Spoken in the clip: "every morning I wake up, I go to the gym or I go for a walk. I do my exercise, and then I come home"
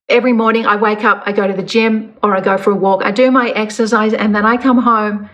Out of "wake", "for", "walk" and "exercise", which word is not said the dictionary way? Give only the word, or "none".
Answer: none